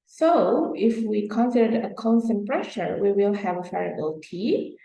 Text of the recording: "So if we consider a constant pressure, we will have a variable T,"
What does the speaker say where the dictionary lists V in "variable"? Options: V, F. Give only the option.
F